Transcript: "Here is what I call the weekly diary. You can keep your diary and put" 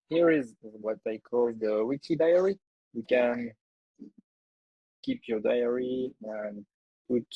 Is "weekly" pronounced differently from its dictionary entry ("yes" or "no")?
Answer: yes